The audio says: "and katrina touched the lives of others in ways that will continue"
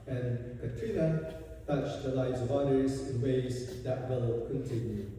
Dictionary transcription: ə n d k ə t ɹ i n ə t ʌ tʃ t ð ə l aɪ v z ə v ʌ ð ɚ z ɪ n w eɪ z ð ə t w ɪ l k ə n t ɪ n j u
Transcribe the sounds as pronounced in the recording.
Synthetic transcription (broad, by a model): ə n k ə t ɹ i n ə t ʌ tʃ ð ə l aɪ v z ə v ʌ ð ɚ z ɪ n w eɪ z ð ə t w ɪ l k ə n t ɪ n j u